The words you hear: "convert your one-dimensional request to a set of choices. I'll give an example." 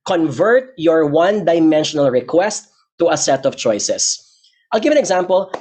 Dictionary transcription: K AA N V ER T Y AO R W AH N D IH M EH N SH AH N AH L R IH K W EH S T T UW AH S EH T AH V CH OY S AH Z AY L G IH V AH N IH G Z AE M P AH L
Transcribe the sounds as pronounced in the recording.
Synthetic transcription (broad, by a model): K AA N V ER T Y AO R W AH N D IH M EH N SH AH N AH L R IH K W EH S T T UW AH S EH T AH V CH OY S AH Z AY L G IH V AH N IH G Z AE M P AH L